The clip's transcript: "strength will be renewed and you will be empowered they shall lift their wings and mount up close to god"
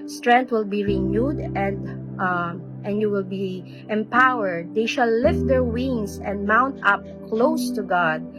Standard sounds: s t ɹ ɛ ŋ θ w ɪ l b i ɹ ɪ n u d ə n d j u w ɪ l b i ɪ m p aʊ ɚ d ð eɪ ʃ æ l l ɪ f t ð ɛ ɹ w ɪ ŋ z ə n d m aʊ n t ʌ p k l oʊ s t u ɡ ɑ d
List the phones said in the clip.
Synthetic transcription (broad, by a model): s t ɹ ɛ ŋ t w ɪ l b i ɹ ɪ n u d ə n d j u w ɪ l b i ɪ m p aʊ ɚ d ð eɪ ʃ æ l l ɪ f t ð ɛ ɹ w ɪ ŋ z ə n d m aʊ n t ʌ p k l oʊ s t u ɡ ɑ d